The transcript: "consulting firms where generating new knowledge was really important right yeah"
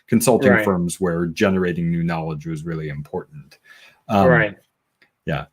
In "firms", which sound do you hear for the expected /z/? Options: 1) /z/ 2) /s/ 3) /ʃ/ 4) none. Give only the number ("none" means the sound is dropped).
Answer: 1